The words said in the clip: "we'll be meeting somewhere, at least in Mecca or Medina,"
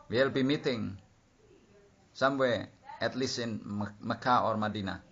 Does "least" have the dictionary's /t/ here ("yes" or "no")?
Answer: no